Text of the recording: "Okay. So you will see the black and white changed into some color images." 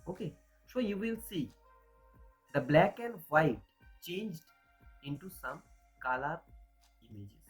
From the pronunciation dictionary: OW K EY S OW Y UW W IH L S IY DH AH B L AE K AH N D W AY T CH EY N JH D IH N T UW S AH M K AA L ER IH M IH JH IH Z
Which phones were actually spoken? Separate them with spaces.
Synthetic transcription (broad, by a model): OW K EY S OW Y UW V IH L S IY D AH B L AE K AH N D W AY T CH EY N JH D IH N T UW S AH M K AA L ER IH M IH JH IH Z